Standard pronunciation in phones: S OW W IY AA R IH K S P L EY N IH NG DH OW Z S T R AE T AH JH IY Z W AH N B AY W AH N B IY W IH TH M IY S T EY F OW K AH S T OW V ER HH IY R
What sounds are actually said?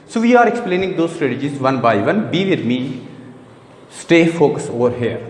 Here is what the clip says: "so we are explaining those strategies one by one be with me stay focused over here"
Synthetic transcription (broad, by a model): S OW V IY AA R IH K S P L EY N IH NG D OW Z S T R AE T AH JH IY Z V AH N B AY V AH N B IY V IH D M IY S T EY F OW K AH S OW V ER HH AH R